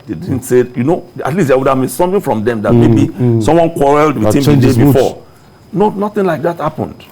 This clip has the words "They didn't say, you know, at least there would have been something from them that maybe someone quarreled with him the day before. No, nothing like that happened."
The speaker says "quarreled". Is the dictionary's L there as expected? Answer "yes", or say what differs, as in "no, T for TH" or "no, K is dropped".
yes